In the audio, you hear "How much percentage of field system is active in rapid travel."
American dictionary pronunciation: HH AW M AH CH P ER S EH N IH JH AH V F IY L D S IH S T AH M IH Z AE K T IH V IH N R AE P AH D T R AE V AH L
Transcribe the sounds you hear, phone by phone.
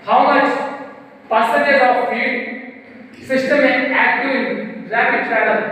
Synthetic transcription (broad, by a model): HH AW M AH CH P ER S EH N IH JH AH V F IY D S IH S T AH M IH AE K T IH IH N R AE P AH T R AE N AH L